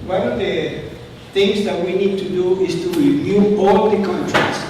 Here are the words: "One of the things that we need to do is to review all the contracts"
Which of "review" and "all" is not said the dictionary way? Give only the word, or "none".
review